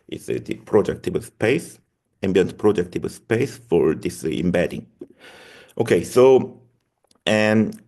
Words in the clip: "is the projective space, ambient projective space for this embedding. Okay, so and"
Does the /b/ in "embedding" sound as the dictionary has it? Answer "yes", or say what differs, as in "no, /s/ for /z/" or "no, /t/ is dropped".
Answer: yes